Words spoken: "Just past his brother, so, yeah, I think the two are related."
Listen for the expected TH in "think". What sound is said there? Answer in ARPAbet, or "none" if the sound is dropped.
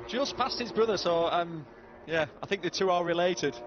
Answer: TH